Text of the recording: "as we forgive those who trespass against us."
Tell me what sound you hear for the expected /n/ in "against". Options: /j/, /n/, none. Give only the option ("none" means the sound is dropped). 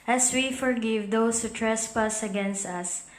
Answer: /n/